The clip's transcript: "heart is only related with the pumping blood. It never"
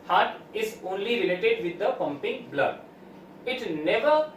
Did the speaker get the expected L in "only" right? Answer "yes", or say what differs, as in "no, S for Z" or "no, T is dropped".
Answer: yes